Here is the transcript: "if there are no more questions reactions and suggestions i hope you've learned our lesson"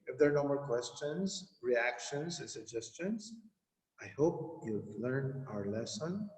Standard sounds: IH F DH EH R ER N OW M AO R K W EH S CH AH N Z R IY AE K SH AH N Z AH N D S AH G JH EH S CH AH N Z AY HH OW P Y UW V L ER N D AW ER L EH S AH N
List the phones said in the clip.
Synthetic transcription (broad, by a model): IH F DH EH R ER N OW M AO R K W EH S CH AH N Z R IY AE K SH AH N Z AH N S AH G JH EH S CH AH N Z AY HH OW P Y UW L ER N AW ER L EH S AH N